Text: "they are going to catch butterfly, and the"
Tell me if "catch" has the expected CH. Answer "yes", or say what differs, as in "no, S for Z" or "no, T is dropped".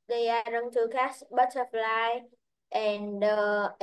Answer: no, S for CH